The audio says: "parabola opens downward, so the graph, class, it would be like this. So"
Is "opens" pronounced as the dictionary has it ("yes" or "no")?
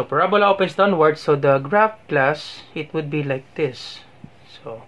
no